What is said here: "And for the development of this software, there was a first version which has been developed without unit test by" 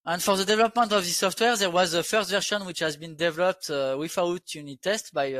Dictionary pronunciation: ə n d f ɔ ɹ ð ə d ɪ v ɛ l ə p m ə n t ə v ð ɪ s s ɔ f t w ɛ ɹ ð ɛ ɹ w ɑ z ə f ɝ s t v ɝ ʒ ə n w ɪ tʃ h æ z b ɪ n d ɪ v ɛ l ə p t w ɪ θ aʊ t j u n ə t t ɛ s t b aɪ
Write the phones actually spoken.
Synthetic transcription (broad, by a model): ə n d f ɔ ɹ ð ə d ɪ v ɛ l ə p m ə n t ə v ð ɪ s s ɔ f t w ɛ ɹ ð ɛ ɹ w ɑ z ə f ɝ s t v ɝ ʃ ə n w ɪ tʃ h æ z b ɪ n d ɪ v ɛ l ə p t w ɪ f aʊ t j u n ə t t ɛ s t b aɪ